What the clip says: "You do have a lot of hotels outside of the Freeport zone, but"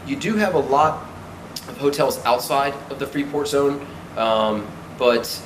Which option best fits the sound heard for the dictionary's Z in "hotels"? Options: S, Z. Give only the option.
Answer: Z